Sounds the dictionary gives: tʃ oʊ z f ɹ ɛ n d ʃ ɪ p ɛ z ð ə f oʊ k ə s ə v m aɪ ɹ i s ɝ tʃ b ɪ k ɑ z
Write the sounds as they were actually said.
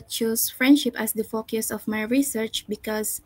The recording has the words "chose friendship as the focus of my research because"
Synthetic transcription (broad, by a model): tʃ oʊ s f ɹ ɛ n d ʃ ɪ p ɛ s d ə f oʊ k ə s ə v m aɪ ɹ i s ɝ tʃ b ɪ k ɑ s